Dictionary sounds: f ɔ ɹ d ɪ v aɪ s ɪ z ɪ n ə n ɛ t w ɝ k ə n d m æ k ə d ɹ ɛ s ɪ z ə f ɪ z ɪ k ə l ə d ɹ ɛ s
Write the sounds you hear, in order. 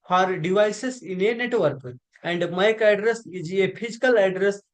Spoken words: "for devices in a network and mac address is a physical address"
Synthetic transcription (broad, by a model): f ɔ ɹ d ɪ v aɪ s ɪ s ɪ n ə n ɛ t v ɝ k ə n d m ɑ k ə d ɹ ɛ s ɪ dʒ ə p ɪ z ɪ k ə l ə d ɹ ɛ s